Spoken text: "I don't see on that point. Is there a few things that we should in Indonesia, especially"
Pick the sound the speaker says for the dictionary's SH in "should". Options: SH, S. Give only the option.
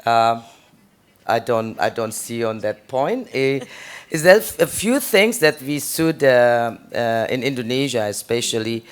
S